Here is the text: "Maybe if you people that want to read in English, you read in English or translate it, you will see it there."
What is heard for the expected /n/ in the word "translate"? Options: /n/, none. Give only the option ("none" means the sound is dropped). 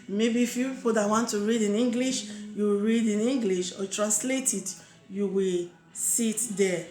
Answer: /n/